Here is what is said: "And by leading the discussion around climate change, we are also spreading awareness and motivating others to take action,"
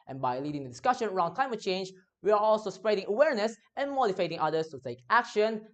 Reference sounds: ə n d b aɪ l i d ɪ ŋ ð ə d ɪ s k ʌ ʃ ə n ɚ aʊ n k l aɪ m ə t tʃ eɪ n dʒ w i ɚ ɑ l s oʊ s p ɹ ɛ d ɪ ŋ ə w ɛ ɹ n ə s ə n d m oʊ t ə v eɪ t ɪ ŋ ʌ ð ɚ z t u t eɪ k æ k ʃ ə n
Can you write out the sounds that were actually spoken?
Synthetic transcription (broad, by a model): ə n b aɪ l i d ɪ ŋ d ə d ɪ s k ʌ ʃ ə n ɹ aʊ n k l aɪ m ə t tʃ eɪ n dʒ w i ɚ ɑ l s oʊ s p ɹ ɛ d ɪ ŋ ə w ɛ ɹ n ə s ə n m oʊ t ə f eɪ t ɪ ŋ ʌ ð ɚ s t u t eɪ k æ k ʃ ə n